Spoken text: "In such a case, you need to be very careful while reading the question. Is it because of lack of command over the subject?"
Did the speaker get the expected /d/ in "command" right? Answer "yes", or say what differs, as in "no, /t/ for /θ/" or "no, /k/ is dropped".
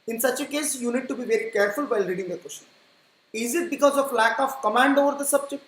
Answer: yes